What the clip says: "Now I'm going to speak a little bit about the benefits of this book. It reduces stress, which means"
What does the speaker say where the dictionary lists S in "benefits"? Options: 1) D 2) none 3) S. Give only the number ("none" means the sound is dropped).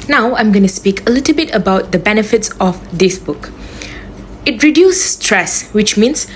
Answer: 3